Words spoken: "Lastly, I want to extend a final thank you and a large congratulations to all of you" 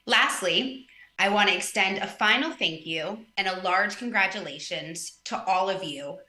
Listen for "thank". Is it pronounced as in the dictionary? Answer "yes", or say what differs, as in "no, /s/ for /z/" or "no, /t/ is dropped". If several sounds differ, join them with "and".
yes